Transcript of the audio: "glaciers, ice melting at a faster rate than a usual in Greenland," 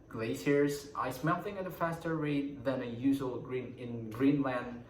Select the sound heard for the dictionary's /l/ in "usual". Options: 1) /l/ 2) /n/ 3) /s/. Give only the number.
2